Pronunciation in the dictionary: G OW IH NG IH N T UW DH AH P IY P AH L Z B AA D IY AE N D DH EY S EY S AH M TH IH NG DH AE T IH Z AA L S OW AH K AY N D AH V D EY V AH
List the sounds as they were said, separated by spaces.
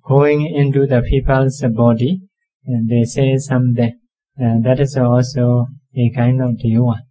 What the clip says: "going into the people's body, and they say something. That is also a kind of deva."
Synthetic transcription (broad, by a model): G OW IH NG IH N T UW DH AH P IY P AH L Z B AA D IY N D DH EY S EY S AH M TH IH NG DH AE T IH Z AA L S OW AH K AY N D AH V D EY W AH